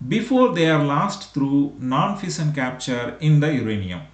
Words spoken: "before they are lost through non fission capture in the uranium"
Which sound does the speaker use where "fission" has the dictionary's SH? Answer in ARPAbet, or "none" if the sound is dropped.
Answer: S